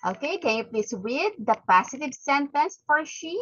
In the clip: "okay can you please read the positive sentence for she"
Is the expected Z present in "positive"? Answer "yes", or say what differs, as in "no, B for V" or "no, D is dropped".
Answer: no, S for Z